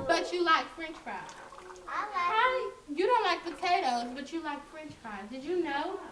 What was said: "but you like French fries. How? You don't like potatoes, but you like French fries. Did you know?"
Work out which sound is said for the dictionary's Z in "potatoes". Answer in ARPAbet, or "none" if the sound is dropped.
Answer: Z